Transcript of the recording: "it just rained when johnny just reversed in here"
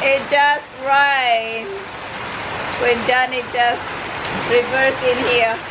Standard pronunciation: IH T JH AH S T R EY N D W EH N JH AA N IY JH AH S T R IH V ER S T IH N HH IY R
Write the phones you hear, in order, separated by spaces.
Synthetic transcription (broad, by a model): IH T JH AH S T R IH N W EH N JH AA N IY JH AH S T R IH V ER S IH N HH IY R